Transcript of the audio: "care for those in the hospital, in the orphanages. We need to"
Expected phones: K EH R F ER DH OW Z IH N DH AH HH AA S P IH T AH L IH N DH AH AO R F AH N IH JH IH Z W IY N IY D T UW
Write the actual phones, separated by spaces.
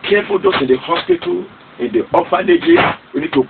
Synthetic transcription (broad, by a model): K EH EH F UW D OW S IH N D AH HH AA S P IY T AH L IH N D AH AO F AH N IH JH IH S W IY N IY D T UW